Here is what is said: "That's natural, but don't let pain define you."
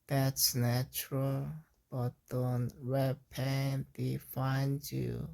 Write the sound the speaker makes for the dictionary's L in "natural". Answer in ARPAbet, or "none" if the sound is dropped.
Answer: L